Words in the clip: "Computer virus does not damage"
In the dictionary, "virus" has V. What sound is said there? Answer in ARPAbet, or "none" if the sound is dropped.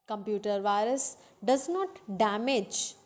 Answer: V